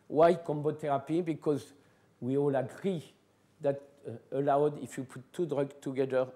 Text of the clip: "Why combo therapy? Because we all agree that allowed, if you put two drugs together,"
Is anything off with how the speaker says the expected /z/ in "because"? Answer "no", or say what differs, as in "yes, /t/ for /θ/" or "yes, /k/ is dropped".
no